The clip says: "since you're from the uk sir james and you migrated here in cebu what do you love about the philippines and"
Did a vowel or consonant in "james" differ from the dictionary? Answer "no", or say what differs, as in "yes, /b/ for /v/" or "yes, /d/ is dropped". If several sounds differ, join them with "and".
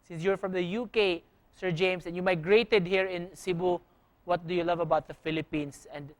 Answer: yes, /s/ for /z/